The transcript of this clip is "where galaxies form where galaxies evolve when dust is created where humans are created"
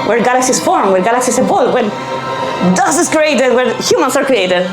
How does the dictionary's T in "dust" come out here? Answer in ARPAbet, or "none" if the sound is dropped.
none